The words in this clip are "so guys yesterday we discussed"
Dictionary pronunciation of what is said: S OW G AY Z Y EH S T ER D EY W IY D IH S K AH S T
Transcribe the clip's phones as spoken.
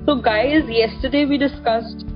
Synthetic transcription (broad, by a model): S OW G AY Z Y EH S T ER D EY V IY D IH S K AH S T